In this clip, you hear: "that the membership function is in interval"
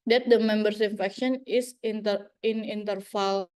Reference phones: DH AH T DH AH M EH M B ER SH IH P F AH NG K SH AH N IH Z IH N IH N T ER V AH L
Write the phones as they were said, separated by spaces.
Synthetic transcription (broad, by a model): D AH T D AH M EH M B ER S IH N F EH K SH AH N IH S IH N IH N T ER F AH L